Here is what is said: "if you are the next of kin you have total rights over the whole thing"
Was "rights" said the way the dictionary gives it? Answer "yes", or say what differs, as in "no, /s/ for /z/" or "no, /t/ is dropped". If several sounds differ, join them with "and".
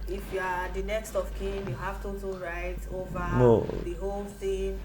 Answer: no, /s/ is dropped